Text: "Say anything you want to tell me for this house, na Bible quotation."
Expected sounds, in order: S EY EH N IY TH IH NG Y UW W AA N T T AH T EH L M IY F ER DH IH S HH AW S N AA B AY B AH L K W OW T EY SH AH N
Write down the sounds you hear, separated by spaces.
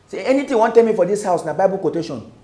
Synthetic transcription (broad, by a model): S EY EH N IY T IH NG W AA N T T AH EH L M IY F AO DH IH S HH AW S N AA B AY B AH L K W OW T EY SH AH N